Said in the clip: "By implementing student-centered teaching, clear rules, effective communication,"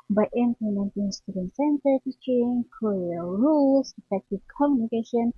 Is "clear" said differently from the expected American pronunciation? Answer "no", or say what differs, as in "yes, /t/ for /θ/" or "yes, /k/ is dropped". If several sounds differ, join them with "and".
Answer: yes, /l/ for /ɹ/